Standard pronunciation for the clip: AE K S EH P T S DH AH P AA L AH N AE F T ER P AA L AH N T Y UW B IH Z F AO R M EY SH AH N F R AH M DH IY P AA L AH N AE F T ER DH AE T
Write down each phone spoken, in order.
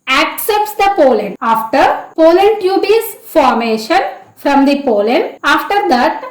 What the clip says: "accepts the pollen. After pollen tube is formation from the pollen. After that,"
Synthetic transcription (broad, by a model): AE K S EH P T S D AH P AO L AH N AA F T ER P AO L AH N T Y UW B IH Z F AO R M EY SH AH N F R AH M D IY P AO L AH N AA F T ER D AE T